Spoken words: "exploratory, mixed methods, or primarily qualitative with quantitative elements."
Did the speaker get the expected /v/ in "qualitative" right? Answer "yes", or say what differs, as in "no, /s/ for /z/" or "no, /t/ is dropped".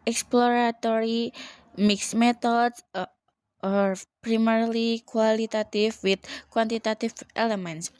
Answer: no, /f/ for /v/